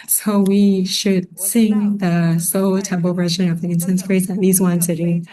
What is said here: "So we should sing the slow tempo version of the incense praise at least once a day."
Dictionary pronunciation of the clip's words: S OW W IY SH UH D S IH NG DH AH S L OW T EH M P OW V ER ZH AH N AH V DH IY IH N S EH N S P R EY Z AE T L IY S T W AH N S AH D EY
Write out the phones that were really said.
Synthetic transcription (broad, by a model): S OW W IY SH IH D S IH NG DH AH S OW T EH M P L V ER ZH AH N AH V DH IY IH N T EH N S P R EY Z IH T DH IY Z W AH N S AH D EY